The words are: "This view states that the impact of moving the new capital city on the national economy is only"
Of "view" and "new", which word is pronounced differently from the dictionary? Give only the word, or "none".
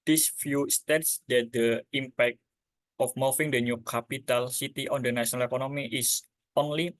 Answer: view